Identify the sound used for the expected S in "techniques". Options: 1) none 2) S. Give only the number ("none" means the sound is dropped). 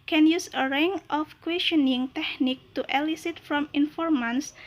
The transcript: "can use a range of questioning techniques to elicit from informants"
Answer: 1